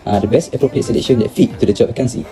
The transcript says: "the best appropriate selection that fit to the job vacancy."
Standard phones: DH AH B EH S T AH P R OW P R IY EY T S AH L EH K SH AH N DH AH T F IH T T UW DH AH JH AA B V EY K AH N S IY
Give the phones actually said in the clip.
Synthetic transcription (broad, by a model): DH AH B EH S T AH P R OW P R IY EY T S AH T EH SH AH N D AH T F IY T T UW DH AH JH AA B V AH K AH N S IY